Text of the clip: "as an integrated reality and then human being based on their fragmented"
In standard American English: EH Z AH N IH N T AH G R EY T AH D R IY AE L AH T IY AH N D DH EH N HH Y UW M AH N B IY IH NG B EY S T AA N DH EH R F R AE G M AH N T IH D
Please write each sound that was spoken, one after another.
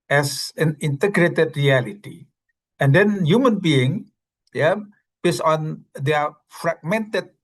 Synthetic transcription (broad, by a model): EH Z AH N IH N T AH G R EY T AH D R IY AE L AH T IY AH N D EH N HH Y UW M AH N B IY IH NG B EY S AA N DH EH F R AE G M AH N T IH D